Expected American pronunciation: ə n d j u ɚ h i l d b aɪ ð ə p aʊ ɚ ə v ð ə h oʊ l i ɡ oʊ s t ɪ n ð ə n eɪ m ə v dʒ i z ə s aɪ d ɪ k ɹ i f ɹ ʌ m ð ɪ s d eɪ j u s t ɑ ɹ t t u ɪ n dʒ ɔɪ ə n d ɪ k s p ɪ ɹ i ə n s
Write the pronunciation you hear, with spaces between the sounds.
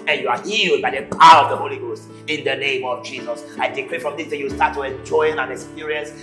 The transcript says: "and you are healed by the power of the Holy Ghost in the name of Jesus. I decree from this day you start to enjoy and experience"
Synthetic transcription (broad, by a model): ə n j u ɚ h i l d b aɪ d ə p aʊ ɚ ə v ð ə h oʊ l i ɡ oʊ s t ɪ n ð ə n eɪ m ə v dʒ i z ə s aɪ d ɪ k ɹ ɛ f ɹ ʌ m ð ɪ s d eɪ j u s t ɑ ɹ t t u ɪ n dʒ ɔɪ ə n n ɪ k s p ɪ ɹ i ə n s